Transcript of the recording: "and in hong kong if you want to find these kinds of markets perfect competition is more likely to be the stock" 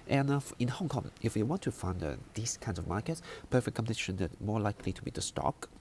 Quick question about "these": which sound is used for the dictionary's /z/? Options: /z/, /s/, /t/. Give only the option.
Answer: /s/